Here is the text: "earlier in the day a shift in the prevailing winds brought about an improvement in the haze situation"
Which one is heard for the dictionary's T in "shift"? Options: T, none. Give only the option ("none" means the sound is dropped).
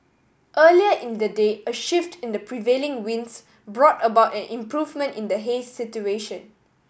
T